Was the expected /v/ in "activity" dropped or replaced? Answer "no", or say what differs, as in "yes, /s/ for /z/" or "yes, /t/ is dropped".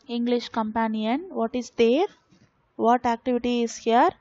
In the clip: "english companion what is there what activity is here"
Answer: no